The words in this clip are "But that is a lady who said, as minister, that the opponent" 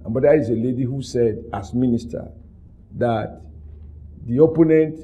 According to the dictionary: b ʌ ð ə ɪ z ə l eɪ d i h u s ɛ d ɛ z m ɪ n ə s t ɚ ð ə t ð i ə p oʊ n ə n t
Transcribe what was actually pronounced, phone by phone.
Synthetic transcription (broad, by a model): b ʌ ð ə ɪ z ə l eɪ d i h u s ɛ d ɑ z m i n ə s t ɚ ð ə t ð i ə p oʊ n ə n t